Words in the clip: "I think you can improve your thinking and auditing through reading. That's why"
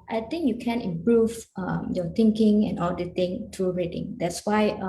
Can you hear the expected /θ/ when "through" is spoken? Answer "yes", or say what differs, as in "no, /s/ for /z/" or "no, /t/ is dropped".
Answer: no, /t/ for /θ/